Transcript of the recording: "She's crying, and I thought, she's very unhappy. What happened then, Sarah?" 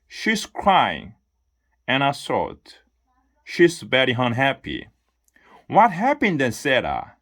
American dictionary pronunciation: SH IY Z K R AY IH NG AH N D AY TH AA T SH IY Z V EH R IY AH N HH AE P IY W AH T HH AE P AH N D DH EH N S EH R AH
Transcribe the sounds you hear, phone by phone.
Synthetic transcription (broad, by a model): SH IY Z K R AY IH NG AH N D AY S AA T SH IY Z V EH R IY AH N HH AE P IY W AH T HH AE P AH N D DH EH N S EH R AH